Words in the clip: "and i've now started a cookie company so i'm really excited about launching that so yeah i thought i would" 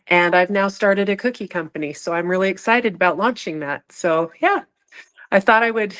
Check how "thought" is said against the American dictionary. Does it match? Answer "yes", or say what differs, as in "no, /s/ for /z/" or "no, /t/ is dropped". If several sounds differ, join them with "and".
yes